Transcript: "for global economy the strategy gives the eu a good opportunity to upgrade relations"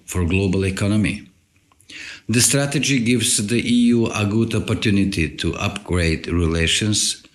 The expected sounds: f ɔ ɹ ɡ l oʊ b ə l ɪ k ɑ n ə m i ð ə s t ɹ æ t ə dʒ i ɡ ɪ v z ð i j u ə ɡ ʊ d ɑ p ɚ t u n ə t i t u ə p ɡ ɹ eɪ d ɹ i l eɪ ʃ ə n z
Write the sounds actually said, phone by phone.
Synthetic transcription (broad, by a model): f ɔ ɹ ɡ l oʊ b ə l ɪ k ɑ n ə m i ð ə s t ɹ æ t ə dʒ i ɡ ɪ v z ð i j u ə ɡ ʊ d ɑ p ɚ t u n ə t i t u ə p ɡ ɹ eɪ d ɹ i l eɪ ʃ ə n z